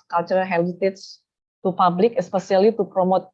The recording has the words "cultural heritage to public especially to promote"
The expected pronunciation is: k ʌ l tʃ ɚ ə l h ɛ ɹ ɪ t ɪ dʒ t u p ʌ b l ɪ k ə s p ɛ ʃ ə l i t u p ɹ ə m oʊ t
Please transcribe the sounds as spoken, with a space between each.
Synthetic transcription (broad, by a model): k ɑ l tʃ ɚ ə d h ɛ l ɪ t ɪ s t u p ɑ b l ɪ k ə s p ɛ s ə l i t u p ɹ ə m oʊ t